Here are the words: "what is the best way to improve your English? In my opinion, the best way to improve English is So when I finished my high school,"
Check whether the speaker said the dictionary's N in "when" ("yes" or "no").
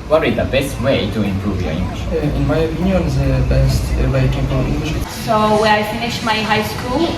no